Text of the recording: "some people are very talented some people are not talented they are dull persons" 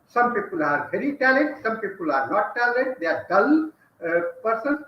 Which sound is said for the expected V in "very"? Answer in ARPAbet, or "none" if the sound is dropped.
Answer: P